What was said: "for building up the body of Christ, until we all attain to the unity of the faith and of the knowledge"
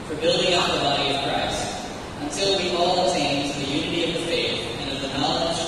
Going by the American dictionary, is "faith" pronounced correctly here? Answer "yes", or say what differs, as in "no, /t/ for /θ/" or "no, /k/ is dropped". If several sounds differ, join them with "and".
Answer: yes